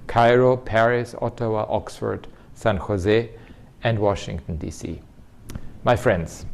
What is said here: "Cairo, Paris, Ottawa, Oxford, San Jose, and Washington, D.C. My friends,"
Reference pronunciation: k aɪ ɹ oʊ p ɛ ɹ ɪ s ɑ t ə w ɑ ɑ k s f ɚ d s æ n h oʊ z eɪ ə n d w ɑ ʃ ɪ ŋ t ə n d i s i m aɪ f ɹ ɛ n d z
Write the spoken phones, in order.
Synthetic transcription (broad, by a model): k aɪ ɹ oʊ p ɛ ɹ ɪ s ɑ t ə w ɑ ɑ k s f ɚ d s æ n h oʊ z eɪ ə n d w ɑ ʃ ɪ ŋ t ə n d i s i m aɪ f ɹ ɛ n d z